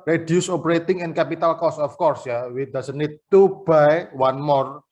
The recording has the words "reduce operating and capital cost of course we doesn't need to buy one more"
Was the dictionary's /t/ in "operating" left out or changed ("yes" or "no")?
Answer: no